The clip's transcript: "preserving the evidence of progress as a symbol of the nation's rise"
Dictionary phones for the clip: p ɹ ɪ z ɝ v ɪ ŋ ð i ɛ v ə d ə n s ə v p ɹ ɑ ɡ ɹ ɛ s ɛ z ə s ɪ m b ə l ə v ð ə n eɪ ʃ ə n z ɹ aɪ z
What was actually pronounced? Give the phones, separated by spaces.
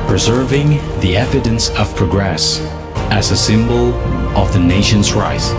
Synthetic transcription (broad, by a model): p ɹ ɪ z ɝ v ɪ ŋ ð i ɛ v ə d ə n s ə v p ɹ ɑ ɡ ɹ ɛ s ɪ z ə s ɪ m b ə l ə v ð ə n eɪ ʃ ə n z ɹ aɪ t